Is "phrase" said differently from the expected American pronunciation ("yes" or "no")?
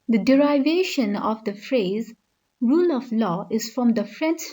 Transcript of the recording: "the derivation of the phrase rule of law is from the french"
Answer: no